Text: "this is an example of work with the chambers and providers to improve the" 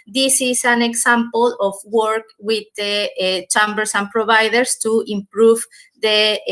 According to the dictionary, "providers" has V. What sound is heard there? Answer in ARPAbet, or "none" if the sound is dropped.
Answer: B